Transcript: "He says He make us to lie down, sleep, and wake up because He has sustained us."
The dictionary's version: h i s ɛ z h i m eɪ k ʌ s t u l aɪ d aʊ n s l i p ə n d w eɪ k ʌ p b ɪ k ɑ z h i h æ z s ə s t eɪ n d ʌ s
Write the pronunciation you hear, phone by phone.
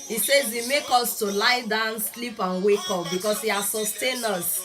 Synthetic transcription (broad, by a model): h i s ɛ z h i m eɪ k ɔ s t u l aɪ d aʊ n s l i p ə n w eɪ k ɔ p b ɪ k ɑ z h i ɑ s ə s t eɪ n ʌ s